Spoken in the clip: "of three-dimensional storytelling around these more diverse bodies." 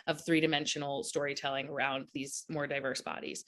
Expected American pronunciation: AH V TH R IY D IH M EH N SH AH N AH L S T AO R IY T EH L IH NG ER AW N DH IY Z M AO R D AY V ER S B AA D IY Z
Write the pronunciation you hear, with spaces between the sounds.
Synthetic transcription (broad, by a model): AH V TH R IY D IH M EH N SH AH N L S T AO R IY T EH L IH NG ER AW N DH IY Z M AO R D AY V ER S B AA D IY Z